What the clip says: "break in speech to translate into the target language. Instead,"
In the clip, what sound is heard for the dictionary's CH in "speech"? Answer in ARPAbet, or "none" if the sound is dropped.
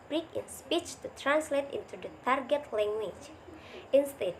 CH